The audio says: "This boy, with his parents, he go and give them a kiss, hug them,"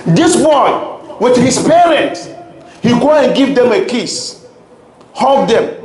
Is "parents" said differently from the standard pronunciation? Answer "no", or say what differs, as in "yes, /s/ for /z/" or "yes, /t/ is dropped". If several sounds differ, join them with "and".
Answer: yes, /s/ is dropped